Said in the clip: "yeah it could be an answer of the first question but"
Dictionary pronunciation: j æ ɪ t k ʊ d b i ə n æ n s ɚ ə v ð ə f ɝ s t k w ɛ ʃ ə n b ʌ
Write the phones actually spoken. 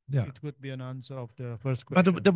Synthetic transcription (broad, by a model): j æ ɪ t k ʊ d b i ə n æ n s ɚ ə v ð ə f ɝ s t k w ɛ ə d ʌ